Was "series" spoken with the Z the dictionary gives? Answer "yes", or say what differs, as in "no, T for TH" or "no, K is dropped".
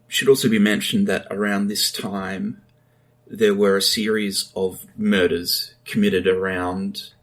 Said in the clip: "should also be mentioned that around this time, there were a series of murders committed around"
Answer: yes